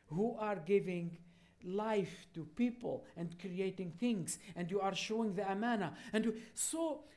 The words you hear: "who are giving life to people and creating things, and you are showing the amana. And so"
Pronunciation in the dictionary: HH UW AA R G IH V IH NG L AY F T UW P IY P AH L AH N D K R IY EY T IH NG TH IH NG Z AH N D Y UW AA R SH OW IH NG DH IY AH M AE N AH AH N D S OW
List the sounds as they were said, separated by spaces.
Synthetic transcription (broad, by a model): HH UW AA R G IH V IH NG L AY F T UW P IY P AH L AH N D K R IY EY T IH NG TH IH NG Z AH N D Y UW AA R SH OW IH NG DH IY AH M AE N AH AH N D S OW